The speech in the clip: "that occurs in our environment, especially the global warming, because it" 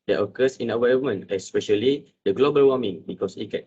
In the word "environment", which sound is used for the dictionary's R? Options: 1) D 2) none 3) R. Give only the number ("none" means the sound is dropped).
2